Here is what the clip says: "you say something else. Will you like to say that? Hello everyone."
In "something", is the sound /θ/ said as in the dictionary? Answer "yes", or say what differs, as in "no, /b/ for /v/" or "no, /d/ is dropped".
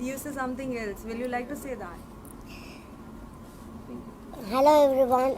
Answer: no, /t/ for /θ/